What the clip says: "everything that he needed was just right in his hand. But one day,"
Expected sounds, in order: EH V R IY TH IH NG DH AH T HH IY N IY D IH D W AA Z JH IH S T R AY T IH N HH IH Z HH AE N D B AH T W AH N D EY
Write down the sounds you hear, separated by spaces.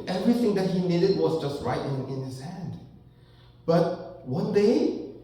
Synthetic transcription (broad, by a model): EH V R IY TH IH NG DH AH T HH IY N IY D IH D W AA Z JH IH S T R AY T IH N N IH S HH AE N D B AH T W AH N D EY